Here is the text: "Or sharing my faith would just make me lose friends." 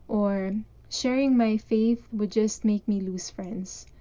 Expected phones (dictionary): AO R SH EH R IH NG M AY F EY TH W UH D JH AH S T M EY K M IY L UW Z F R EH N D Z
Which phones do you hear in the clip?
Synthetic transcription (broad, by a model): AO R SH EH R IH NG M AY F EY TH W UH D JH AH S T M EY K M IY L UW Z F R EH N D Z